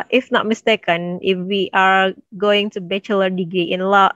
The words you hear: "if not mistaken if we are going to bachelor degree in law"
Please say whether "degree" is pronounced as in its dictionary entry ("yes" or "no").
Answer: no